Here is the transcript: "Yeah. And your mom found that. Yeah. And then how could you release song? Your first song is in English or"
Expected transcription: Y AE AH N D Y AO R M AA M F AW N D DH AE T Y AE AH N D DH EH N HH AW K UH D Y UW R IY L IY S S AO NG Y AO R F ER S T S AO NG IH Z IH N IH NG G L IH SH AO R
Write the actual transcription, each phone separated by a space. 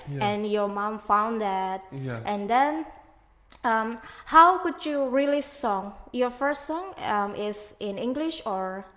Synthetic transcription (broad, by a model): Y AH N Y AO R M AA M F AW N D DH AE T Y AH N D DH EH N HH AW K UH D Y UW R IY L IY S S AO NG Y AO R F ER S T S AO NG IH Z IH N IH NG G L IH SH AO R